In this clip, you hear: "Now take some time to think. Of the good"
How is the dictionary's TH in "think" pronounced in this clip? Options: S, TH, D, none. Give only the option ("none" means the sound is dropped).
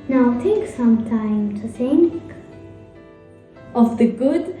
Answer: S